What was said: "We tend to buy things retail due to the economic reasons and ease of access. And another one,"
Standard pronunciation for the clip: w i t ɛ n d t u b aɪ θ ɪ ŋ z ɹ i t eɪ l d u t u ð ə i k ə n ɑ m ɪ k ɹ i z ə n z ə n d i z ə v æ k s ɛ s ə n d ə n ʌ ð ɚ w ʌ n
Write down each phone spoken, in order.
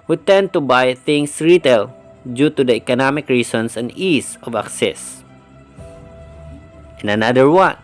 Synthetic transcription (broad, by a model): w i t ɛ n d t u b aɪ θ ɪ ŋ s ɹ i t eɪ l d u t u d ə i k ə n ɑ m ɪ k ɹ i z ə n s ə n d i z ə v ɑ k s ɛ s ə n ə n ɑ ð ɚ w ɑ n